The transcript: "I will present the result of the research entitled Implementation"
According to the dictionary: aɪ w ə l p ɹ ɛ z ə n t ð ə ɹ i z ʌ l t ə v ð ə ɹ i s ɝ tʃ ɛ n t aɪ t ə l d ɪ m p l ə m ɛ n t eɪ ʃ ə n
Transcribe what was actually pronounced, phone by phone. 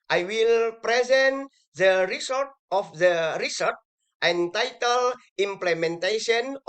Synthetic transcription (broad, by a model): aɪ w ə l p ɹ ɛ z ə n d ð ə ɹ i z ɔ t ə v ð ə ɹ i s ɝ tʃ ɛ n t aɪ t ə l i m p l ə m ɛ n t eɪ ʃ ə n